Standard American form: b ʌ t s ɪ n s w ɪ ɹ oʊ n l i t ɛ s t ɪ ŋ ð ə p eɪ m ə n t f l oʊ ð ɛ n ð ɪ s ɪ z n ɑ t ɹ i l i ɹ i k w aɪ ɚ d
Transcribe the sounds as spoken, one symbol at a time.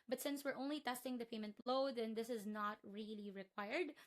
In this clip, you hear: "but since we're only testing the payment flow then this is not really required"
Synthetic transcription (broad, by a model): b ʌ t s ɪ n s w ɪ ɹ oʊ n l i t ɛ s t ɪ ŋ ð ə p eɪ m ə n t l oʊ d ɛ n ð ɪ s ɪ z n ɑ t ɹ i l i ɹ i k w aɪ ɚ d